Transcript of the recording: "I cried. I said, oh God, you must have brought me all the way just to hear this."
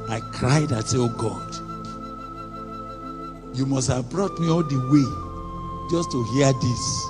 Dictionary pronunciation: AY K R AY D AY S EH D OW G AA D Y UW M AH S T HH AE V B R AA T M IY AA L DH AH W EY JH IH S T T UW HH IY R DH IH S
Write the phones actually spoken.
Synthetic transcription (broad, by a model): AY K R AY D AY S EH OW G AA D Y UW M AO S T HH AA V B R AA T M IY AA L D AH W EY JH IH S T T UW HH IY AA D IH S